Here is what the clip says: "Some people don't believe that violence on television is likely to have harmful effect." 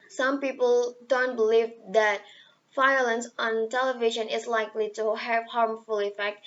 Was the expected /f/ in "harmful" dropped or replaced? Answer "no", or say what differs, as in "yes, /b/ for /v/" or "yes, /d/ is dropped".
no